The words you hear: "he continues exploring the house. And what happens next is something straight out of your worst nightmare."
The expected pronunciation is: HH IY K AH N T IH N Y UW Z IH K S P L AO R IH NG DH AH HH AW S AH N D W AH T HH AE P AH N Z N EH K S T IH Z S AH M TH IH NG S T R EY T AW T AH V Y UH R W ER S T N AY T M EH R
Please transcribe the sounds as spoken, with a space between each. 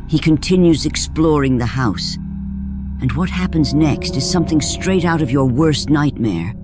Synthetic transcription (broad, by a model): HH IY K AH N T IH N Y UW Z IH K S P L AO R IH NG DH AH HH AW S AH N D W AH T HH AE P AH N Z N EH K S T IH Z S AH M TH IH NG S T R EY T AW T AH V Y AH R W ER S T N AY T M EH R